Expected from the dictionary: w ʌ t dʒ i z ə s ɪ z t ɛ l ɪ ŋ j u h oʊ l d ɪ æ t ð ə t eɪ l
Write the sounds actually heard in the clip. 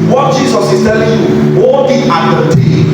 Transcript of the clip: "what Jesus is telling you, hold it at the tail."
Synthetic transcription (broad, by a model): w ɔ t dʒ i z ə s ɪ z t ɛ l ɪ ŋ j u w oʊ d ɪ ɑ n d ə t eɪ